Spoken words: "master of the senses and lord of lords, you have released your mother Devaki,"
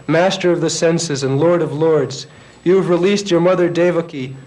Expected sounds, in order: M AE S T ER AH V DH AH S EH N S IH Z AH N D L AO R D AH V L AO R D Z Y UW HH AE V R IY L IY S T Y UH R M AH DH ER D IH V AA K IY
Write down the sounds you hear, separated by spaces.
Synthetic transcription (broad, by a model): M AE S T ER AH V DH AH S EH N S IH Z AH N L AO R D AH V L AO R D Z Y UW V R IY L IY S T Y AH R M AH DH ER D IH V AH K IY